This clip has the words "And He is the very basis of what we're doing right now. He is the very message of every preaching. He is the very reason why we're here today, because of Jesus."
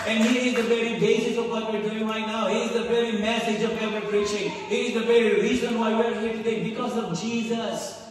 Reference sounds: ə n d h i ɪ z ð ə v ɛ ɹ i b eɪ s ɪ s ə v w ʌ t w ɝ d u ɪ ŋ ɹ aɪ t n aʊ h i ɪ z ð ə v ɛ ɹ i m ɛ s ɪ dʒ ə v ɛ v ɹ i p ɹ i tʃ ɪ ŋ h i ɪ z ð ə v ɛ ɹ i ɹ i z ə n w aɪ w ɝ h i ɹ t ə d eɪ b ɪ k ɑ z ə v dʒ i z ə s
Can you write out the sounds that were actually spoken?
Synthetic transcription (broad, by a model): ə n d h i ɪ z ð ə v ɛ ɹ i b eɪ ʃ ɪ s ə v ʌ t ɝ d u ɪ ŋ ɹ aɪ t n aʊ h i ɪ z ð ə v ɛ ɹ i m ɛ s ɪ dʒ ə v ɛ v i p ɹ i tʃ ɪ ŋ h i ɪ z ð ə v ɛ ɹ i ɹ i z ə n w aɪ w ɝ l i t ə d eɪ b ɪ k ɑ z ə v dʒ i z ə s